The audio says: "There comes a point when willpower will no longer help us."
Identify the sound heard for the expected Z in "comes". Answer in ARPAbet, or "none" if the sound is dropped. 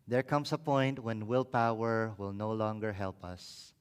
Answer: S